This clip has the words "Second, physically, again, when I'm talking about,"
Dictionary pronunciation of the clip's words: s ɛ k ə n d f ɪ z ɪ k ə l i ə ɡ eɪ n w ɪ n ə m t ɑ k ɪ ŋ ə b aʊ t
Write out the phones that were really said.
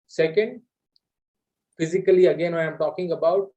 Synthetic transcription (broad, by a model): s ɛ k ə n d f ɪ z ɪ k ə l i ə ɡ eɪ n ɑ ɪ ə m t ɑ k ɪ ŋ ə b aʊ t